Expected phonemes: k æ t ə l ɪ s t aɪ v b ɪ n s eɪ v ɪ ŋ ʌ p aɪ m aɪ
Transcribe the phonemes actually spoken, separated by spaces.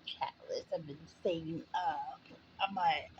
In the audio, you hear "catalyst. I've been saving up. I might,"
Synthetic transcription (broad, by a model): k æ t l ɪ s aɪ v b ɪ n s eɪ ɪ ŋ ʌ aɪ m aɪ